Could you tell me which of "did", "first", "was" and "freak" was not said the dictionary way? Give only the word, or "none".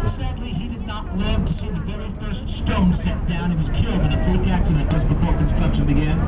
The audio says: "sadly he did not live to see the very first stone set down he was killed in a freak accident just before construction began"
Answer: freak